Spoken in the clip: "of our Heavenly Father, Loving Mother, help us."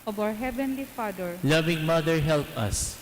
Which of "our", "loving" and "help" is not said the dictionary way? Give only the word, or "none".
our